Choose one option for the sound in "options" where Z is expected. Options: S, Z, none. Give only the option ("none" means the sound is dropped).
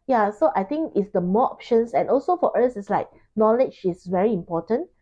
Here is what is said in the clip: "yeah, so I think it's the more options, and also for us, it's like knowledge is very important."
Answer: S